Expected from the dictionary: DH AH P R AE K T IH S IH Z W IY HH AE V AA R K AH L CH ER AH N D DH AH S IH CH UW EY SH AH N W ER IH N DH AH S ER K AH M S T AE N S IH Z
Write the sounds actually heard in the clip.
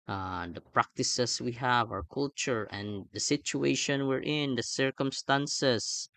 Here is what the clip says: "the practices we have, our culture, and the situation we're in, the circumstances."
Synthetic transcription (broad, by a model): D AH P R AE K T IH S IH S W IY HH AE V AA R K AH L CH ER AH N D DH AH S IH CH UW EY SH AH N W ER IH N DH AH S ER K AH M S T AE N S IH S